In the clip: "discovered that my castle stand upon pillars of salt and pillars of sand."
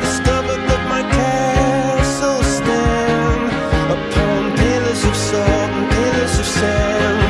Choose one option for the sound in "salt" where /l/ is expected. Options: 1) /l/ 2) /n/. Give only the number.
2